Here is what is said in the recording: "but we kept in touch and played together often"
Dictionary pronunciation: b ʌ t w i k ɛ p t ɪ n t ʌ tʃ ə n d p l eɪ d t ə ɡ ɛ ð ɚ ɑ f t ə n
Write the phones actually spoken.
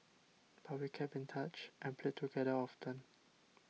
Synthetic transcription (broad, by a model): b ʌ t w i k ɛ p ɪ n t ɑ tʃ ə n p l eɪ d t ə ɡ ɛ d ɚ ɑ f t ə n